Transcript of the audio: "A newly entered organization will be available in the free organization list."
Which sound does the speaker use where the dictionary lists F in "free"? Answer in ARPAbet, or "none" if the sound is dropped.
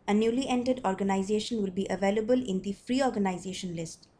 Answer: F